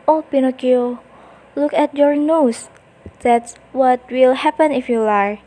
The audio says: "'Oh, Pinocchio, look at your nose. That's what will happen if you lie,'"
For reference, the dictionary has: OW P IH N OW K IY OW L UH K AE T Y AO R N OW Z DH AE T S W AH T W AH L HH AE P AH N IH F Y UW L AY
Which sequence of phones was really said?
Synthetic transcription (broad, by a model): OW P IH N OW K IY OW L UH K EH T Y AO R N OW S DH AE T S W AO T W AH L HH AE P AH N IH F Y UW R